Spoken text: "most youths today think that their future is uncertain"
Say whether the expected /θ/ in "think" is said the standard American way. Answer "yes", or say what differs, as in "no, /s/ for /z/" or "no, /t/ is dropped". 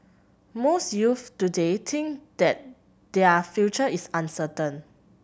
no, /t/ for /θ/